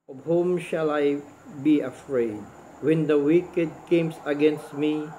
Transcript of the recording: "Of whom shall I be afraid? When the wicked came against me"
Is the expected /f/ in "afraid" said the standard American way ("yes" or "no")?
yes